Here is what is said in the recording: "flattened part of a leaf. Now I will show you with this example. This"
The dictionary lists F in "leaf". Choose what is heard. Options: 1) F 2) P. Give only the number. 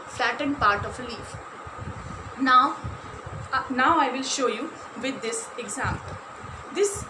1